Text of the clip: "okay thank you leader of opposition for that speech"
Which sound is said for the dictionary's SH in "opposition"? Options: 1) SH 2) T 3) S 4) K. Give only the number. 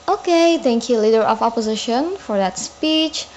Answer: 1